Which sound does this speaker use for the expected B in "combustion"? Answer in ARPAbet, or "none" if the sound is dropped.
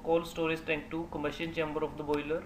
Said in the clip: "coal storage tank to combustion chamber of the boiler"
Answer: none